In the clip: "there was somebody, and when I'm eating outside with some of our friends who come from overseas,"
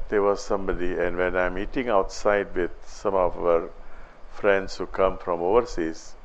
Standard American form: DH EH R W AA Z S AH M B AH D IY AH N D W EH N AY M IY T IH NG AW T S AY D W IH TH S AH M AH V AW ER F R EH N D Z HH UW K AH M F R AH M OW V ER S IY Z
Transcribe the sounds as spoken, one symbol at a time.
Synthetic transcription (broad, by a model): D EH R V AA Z S AH M B AH D IY AH N D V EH N AY M IY T IH NG AW T S AY D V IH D S AH M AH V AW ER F R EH N D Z HH UW K AH M F R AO M OW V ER S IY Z